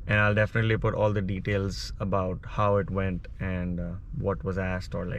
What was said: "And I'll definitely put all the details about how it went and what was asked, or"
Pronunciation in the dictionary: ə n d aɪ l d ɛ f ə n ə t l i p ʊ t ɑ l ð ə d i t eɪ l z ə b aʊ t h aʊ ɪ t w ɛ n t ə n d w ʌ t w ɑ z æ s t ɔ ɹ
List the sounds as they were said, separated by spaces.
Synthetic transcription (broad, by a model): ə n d aɪ l d ɛ f ə n ə t l i p ʊ t ɑ l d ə d i t eɪ l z ə b aʊ t h aʊ ɪ t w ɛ n t ə n d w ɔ t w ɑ z æ s t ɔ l